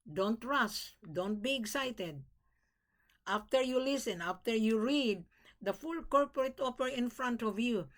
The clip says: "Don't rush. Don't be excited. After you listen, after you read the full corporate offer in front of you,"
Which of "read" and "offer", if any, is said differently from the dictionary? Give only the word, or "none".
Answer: offer